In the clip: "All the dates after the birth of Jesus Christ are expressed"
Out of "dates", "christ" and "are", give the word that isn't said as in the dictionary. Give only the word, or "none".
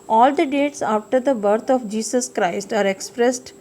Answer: none